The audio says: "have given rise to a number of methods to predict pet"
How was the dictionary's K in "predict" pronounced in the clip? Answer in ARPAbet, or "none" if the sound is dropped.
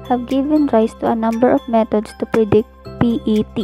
K